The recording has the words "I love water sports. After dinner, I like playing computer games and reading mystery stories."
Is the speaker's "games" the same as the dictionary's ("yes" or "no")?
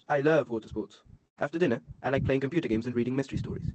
yes